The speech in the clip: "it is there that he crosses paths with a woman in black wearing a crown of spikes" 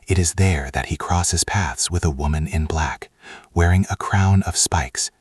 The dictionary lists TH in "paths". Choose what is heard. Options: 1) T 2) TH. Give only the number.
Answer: 2